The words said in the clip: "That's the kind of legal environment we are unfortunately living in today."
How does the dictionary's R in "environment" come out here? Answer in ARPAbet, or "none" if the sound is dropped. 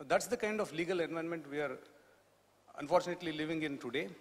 none